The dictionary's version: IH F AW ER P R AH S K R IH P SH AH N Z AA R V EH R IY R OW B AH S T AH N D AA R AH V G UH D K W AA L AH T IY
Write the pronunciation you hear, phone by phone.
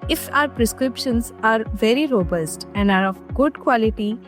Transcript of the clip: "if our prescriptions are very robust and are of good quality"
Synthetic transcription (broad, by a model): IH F AW ER P R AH S K R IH P SH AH N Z AA R V EH R IY R OW B AH S T AH N D AA R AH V G UH D K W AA L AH T IY